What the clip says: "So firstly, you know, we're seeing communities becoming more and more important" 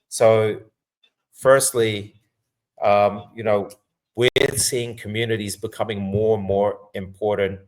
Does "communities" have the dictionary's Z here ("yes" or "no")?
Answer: yes